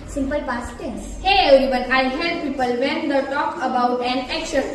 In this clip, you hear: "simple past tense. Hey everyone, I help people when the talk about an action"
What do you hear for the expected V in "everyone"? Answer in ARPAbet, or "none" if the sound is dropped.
none